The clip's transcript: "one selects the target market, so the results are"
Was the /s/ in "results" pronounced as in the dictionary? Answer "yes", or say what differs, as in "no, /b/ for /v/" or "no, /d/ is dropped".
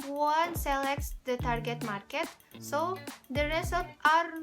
no, /s/ is dropped